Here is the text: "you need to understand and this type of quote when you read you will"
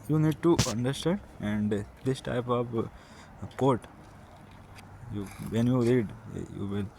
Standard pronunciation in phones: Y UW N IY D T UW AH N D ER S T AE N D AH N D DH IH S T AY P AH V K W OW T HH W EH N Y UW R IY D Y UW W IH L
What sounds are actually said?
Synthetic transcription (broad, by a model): Y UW N IY D T UW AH N D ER S T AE N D AH N D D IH S T AY P AH V K OW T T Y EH N Y UW R IY D Y UW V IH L